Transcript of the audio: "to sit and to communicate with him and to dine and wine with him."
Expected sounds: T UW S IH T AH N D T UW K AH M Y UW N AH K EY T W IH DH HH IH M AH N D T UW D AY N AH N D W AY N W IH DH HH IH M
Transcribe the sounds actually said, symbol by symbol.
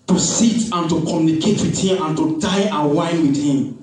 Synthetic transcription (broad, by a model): T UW S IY T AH N T UW K AH M Y UW N AH K EY T W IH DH HH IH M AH N T UW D AY AH W AY N W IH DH HH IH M